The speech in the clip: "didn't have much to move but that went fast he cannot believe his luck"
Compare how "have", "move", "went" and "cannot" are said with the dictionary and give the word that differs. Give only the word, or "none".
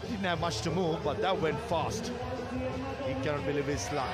none